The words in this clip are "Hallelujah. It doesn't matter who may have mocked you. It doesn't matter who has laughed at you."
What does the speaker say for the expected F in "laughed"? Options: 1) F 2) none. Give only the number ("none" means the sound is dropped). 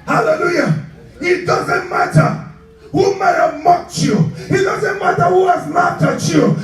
2